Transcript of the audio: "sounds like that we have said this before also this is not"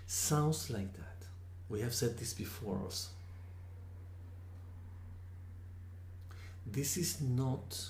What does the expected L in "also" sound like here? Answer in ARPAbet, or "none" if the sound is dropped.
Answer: none